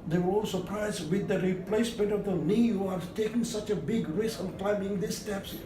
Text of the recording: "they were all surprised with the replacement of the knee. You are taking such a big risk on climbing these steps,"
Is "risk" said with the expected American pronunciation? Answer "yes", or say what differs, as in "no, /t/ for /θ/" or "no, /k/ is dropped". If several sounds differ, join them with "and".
no, /k/ is dropped